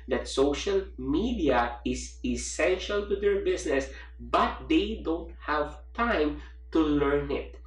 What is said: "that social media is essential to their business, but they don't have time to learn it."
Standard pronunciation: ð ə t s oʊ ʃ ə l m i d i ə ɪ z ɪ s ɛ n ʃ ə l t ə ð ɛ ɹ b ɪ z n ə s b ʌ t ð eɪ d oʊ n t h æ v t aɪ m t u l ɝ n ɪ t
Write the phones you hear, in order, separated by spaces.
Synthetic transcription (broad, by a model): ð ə t s oʊ ʃ ə l m i d i ə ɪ s ɪ s ɛ n ʃ ə l t ə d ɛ ɹ b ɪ s n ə s b ʌ t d eɪ d oʊ n t h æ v t aɪ m t u l ɝ n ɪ t